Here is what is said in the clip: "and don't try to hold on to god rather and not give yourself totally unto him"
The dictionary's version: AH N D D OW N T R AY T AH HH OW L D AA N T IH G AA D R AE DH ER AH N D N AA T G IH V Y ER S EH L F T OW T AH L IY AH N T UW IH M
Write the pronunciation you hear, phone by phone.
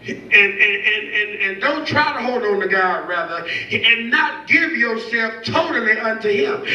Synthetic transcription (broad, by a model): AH N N D OW N T R AY T AH HH OW L D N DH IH G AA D R AE DH ER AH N N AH T G IH V Y ER S EH L F T OW T L IY AH N T UW IH M